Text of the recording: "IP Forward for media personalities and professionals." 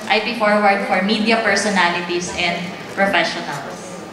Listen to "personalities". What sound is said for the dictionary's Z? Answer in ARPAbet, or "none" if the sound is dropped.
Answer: S